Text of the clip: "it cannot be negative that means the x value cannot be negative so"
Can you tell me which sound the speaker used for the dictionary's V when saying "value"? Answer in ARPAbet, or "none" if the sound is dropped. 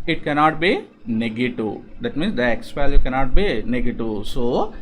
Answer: P